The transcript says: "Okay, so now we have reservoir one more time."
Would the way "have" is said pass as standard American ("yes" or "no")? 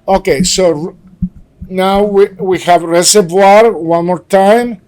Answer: yes